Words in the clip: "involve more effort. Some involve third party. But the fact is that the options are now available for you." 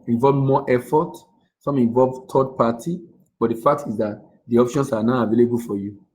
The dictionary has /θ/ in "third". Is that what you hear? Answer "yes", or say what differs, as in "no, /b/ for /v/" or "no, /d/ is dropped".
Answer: no, /t/ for /θ/